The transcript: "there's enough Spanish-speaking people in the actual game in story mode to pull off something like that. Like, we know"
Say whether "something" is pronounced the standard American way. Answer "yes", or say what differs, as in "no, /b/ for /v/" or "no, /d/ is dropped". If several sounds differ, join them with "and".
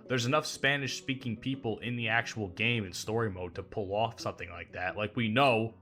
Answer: yes